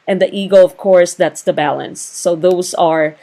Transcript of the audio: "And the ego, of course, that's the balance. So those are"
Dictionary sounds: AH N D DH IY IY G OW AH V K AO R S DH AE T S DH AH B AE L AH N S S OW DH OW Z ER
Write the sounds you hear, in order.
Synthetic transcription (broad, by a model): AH N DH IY IY G OW AH V K AO R S DH AE T S DH AH B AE L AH N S S OW DH OW Z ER